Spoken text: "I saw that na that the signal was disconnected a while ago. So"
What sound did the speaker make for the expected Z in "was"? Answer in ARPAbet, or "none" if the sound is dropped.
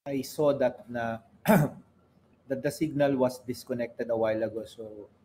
S